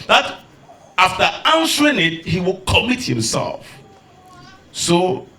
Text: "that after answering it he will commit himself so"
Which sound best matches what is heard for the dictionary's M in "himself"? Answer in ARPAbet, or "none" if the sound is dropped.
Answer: M